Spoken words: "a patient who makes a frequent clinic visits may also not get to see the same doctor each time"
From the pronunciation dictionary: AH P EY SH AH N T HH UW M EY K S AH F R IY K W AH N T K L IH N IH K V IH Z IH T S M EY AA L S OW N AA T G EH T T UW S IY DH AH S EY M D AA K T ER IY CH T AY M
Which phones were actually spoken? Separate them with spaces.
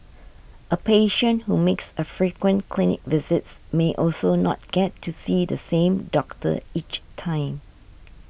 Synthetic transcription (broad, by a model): AH P EY SH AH N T HH UW M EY K S AH F R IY K W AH N K L IH N IH K V IH Z IH T S M EY AA L S OW N AA T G EH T T UW S IY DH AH S EY M D AA K T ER IY CH T AY M